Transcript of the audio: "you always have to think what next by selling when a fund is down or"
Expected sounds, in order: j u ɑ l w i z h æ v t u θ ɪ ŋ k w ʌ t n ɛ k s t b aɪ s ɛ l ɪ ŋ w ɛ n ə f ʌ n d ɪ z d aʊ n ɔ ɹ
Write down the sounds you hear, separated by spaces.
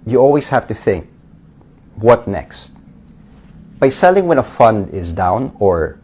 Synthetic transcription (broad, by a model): j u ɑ l w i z h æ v t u θ ɪ ŋ k w ʌ t n ɛ k s t b aɪ s ɛ l ɪ ŋ w ɛ n ə f ʌ n d ɪ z d aʊ n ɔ ɹ